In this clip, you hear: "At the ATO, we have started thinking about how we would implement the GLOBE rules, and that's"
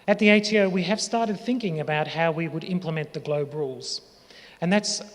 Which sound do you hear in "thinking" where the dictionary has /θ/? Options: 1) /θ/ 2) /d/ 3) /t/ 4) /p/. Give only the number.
1